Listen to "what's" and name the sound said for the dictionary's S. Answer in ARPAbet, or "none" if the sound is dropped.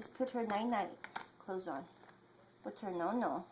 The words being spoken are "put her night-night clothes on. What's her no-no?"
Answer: none